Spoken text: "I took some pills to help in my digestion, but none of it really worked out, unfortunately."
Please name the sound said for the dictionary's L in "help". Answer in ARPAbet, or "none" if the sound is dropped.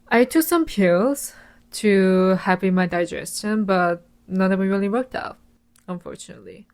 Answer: none